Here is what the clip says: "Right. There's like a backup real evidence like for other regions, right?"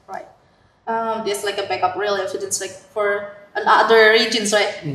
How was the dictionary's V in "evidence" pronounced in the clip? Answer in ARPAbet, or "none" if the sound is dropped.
F